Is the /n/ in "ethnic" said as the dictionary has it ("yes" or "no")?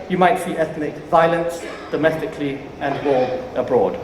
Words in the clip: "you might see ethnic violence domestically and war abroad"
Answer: yes